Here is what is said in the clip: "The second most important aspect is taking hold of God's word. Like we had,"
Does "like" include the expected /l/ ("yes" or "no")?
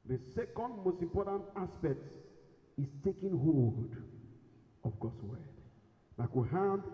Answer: no